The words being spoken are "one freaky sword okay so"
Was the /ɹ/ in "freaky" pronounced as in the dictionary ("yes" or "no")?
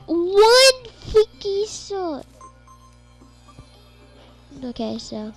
no